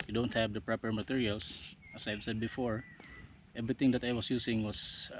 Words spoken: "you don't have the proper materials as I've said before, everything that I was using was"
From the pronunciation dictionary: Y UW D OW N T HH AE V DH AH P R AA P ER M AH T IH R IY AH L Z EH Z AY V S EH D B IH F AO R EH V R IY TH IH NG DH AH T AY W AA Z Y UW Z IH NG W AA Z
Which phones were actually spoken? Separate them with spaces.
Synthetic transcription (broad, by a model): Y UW D OW N T HH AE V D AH P R AA P ER M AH T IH R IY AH L S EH S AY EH S EH D B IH F AO R EH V R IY T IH NG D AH T AY W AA S Y UW S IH NG W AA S